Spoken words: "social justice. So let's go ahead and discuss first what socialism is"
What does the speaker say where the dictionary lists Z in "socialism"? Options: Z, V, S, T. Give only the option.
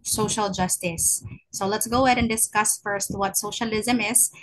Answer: Z